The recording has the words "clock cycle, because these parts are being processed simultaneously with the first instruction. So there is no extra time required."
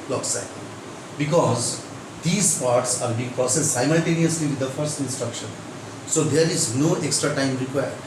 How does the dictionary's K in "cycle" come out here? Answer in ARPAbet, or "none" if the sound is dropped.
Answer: none